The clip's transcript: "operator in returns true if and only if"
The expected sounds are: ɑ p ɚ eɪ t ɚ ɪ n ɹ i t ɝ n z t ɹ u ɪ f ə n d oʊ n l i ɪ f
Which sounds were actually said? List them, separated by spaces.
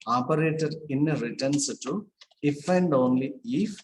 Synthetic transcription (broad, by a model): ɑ p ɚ eɪ t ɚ ɪ n ɹ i t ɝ n s t u ɪ f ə n d oʊ n l i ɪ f